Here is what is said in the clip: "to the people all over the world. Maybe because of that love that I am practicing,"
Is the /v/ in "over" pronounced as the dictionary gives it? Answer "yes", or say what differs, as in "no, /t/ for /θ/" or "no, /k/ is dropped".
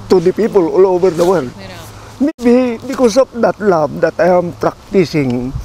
no, /b/ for /v/